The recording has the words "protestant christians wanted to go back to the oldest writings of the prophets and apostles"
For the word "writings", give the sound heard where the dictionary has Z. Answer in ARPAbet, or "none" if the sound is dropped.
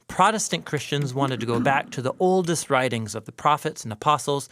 Z